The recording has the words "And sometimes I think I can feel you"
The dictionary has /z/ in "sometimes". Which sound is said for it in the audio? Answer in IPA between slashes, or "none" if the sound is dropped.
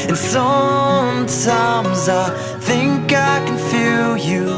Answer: /z/